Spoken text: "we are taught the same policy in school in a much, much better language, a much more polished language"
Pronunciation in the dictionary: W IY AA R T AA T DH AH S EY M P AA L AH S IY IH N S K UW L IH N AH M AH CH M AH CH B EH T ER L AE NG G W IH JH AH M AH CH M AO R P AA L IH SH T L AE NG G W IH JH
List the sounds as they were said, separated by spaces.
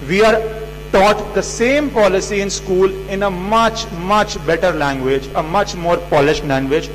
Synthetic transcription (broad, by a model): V IY AA R T AA T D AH S EY M P AA L AH S IY IH N S K UW L IH N AH M AH CH M AH CH B EH T ER L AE NG G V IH JH AH M AH CH M AO R P AA L IH SH T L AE NG G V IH JH